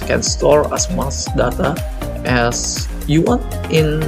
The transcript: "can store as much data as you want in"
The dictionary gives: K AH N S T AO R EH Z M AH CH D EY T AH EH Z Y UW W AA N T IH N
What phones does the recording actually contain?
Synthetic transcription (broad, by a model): K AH N S T AO R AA S M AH S D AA T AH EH S Y UW W AA N T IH N